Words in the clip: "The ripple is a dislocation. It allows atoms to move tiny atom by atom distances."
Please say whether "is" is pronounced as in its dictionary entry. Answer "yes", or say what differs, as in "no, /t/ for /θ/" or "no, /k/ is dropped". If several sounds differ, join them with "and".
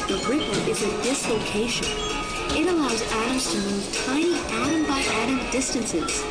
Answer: yes